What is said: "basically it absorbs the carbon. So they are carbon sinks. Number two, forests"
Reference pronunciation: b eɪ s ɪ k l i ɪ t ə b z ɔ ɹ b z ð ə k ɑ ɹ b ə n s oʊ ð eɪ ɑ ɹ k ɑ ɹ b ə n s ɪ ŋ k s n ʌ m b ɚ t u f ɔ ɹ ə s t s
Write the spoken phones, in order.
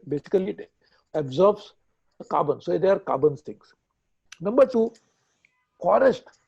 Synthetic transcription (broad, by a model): b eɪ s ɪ k l i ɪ t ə b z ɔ ɹ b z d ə k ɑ b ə n s oʊ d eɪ ɑ ɹ k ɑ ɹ b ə n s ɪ ŋ s n ʌ m b ɚ t u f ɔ ɹ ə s t